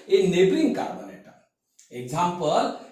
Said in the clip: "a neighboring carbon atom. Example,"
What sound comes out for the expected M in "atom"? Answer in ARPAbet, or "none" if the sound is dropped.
none